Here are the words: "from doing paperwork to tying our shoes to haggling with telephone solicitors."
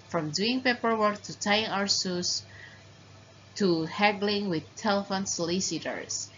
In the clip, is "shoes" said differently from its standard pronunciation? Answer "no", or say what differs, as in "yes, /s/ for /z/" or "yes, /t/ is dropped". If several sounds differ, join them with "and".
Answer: yes, /s/ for /ʃ/ and /s/ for /z/